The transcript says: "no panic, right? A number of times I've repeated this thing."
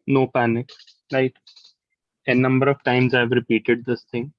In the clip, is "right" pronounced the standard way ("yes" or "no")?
no